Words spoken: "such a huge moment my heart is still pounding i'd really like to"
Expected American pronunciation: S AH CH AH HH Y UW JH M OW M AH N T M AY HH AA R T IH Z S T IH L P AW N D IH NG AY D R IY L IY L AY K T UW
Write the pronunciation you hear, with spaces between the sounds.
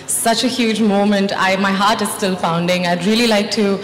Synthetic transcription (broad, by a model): S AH CH AH HH Y UW JH M OW M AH N T M AY HH AA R T IH Z S T IH L F AW N D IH NG AY D R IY L IY L AY K T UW